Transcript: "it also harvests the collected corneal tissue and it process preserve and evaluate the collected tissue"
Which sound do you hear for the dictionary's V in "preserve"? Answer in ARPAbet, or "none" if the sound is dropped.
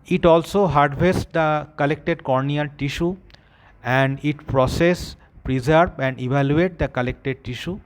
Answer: B